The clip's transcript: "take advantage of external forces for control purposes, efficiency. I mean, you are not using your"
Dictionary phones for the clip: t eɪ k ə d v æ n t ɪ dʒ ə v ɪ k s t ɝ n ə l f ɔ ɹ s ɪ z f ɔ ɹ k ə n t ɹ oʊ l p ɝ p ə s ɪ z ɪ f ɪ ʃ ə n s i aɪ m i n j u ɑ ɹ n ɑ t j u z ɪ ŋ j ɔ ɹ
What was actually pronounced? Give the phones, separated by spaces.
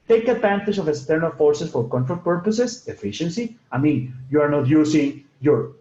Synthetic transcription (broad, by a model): t eɪ k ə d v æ n t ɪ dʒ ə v ɪ k s t ɝ n ə l f ɔ ɹ s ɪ s f ɔ ɹ k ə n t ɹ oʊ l p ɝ p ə s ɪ s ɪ f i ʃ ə n s i aɪ m i n j u ɑ ɹ n ɑ t j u s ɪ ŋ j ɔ ɹ